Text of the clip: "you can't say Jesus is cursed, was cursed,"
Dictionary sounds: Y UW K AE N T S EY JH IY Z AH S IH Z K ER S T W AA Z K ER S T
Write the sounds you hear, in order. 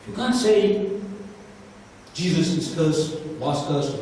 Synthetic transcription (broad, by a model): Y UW K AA N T S EY JH IY Z AH S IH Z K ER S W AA S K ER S